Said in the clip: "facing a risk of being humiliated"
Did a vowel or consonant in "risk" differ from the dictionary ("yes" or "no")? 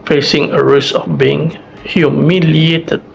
yes